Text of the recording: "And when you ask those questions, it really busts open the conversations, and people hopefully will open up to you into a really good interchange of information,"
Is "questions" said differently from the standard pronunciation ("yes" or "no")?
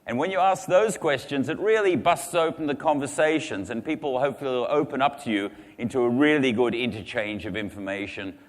no